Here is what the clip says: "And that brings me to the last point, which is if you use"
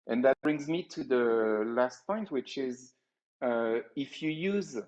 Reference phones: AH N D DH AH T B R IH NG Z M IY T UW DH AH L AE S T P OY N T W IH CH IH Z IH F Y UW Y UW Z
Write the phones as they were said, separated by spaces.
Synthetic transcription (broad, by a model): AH N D DH AH T B R IH NG Z M IY T UW DH AH L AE S T P OY N T W IH CH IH Z IH F Y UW Y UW Z